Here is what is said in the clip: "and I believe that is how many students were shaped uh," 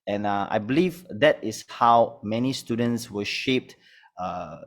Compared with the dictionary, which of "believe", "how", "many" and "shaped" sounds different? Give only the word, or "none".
none